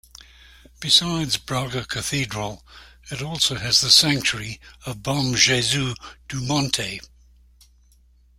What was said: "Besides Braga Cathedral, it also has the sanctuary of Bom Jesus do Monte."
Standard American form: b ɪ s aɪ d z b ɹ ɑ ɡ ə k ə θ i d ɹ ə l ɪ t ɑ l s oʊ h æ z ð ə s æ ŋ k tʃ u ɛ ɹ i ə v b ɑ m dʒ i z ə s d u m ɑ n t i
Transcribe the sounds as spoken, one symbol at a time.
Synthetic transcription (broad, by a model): b ɪ s aɪ d z b ɹ ɑ ɡ ə k ə θ i d ɹ ə l ɪ t ɑ l s oʊ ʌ z ð ə s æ ŋ k tʃ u ɹ i ə v b ɑ m ʒ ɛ z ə d u m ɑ n t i